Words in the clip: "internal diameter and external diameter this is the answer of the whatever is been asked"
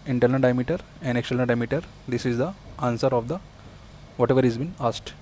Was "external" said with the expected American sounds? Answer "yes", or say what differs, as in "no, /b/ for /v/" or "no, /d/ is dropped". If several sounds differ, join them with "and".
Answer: no, /l/ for /n/ and /n/ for /l/